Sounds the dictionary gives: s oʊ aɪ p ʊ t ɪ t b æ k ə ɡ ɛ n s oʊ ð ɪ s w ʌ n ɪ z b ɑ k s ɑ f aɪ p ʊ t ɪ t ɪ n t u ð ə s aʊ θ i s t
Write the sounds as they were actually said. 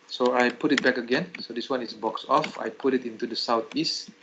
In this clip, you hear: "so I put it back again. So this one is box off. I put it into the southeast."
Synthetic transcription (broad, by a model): s oʊ aɪ p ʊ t ɪ t b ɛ k ə ɡ ɛ n s oʊ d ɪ s w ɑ n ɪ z b ɑ k s ɑ f aɪ p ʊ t ɪ t ɪ n t u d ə s aʊ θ i s t